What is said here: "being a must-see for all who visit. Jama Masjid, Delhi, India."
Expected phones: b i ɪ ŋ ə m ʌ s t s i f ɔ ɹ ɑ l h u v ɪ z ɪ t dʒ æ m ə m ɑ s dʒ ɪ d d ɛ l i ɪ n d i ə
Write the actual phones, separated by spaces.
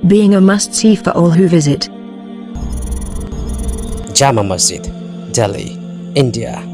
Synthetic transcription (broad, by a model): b i ɪ ŋ ə m ʌ s t i f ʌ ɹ ɑ l h u v ɪ z ɪ t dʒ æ m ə m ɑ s ɪ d d ɛ l i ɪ n d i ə